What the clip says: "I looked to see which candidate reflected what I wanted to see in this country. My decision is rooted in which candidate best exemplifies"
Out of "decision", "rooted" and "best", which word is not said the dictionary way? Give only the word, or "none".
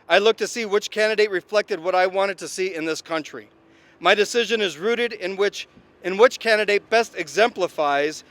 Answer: none